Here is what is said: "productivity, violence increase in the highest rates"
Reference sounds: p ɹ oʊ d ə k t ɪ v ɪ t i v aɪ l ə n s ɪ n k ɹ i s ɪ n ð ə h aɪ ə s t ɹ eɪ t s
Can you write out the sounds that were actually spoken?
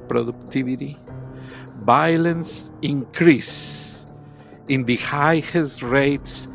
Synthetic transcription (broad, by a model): p ɹ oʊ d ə k t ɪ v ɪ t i b aɪ l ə n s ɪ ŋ k ɹ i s ɪ n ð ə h aɪ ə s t ɹ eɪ t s